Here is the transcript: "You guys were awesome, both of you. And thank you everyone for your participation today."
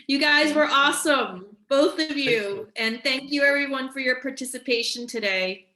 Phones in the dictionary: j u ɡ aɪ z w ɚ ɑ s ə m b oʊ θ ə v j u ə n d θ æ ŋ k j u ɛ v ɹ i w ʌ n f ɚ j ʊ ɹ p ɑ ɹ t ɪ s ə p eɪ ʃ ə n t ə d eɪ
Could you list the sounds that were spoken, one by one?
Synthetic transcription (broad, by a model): j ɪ ɡ aɪ z w ɚ ɑ s ə m b oʊ θ ə v j u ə n θ æ ŋ k j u ɛ v ɹ i w ʌ n f ɚ j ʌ ɹ p ɑ ɹ t ɪ s ə p eɪ ʃ ə n t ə d eɪ